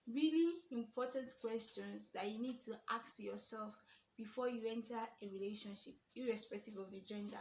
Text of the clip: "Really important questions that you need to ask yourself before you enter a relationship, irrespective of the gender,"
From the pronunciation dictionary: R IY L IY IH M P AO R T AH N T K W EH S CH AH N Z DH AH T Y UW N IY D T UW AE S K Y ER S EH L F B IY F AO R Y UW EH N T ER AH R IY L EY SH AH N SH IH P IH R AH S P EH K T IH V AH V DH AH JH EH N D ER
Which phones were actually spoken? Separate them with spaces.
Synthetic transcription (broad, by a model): R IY L IY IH M P AO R T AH N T K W EH S CH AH N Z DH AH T Y UW N IY D T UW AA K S Y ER S EH L F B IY F AO Y UW EH N T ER AH R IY L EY SH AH N SH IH P IH R AH S P EH K T IH V AH V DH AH JH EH N D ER